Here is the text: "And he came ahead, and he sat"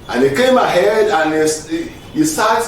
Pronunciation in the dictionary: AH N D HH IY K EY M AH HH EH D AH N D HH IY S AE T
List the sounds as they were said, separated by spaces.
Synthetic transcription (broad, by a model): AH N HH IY K EY M AH HH EH D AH N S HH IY S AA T